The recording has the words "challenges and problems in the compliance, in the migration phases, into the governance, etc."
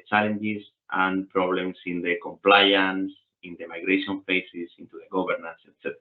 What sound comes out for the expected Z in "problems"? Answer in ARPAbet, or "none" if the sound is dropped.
S